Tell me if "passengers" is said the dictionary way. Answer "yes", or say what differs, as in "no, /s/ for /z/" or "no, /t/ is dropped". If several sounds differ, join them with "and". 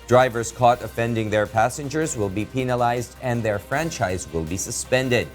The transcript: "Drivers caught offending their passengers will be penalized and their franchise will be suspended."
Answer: yes